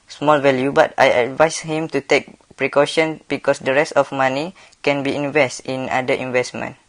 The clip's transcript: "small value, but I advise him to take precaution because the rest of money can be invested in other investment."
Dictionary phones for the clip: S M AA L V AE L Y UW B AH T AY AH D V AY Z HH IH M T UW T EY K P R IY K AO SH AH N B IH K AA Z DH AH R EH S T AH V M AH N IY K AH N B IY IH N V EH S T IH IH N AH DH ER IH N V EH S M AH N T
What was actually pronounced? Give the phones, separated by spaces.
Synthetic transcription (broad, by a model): S M AA L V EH L Y UW B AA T AY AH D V AY S HH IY M T UW T EY K P R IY K AO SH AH N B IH K AA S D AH R EH S T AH F M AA N IY K AH N B IY IH N V EH S T IH N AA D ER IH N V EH S M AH N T